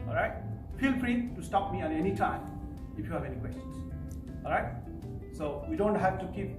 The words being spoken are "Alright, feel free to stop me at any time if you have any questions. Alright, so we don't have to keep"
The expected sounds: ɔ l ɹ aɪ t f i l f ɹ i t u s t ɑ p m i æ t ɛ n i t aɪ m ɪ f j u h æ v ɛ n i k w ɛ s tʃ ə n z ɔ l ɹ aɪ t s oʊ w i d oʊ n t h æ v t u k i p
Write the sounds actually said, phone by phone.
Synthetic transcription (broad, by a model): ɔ l ɹ aɪ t f i l f ɹ i t u s t ɑ p m i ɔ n ɛ n i t aɪ m ɪ f j u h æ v ɛ n i k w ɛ s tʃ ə n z ɔ l ɹ aɪ t s oʊ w i d oʊ n t h æ v t u k i p